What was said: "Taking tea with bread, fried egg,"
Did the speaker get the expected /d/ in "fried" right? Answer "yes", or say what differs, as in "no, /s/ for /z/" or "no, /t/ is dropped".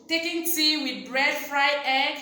no, /d/ is dropped